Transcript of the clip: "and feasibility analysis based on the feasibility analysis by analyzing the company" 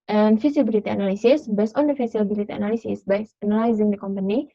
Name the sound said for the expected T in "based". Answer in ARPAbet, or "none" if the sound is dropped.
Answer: none